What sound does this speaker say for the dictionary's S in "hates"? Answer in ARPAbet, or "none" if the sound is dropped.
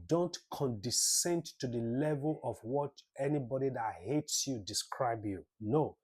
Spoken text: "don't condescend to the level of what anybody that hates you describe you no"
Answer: S